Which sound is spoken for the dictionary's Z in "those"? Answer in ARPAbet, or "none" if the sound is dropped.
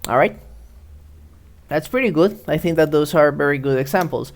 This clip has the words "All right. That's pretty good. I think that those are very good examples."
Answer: S